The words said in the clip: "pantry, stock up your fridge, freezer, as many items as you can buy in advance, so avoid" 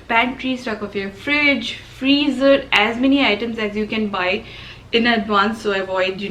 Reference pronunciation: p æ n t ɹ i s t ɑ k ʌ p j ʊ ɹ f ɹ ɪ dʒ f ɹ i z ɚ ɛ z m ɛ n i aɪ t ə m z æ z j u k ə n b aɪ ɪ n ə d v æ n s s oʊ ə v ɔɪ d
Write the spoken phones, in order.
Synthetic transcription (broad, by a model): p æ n t ɹ i s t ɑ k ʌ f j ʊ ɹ f ɹ ɪ dʒ f ɹ i z ɚ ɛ z m ɛ n i aɪ t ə m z æ z j u k ə n b aɪ ɪ n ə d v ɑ n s s oʊ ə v ɔɪ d